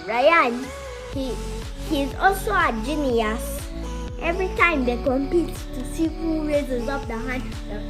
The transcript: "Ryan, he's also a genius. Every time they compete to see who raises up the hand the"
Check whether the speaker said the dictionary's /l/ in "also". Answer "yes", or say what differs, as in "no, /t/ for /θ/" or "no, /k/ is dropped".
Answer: yes